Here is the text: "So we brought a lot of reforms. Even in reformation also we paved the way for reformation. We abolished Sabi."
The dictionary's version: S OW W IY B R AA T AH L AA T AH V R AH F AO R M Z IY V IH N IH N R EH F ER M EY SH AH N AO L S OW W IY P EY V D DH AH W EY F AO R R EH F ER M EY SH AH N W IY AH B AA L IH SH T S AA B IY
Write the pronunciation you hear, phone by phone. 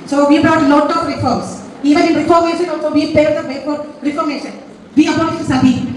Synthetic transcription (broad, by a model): S OW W IY B R AA T L AA T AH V R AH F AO R M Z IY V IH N IH N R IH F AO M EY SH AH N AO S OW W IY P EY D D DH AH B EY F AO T R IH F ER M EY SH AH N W IY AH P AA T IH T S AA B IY